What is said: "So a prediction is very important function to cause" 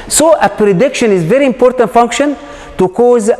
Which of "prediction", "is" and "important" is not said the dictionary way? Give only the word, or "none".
none